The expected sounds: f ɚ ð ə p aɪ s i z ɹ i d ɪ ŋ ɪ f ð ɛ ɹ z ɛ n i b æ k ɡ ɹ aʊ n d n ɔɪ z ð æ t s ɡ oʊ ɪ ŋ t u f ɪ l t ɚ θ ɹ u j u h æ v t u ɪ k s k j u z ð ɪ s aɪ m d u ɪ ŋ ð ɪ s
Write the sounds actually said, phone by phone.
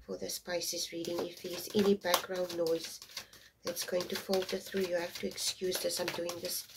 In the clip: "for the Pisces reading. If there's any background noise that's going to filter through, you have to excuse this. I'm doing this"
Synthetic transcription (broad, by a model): f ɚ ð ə p aɪ s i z ɹ i d ɪ ŋ ɪ f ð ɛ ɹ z ɛ n i b æ k ɡ ɹ aʊ n d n ɔɪ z ð æ t s ɡ oʊ ɪ ŋ t u f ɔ l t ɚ θ ɹ u j u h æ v t u ɪ k s k j u z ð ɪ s aɪ m d u ɪ ŋ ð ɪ s